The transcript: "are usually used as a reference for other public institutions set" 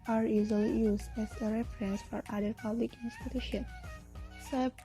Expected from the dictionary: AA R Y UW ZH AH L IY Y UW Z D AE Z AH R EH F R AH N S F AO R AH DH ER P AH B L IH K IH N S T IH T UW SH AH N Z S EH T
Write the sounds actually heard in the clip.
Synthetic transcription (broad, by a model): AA R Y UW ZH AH L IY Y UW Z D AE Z AH R EH F R AH N S F AO R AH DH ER P AH B L IH K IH N S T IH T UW SH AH N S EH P